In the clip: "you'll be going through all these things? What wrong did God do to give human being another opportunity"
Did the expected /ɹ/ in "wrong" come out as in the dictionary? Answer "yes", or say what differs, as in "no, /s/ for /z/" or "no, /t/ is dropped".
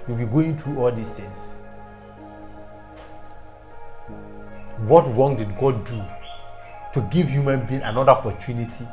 yes